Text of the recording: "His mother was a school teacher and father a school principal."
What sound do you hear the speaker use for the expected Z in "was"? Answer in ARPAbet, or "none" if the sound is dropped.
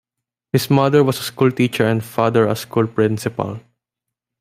S